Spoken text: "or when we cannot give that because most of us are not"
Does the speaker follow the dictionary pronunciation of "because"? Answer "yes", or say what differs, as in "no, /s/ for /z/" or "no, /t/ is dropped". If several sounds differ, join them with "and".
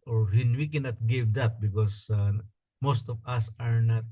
no, /s/ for /z/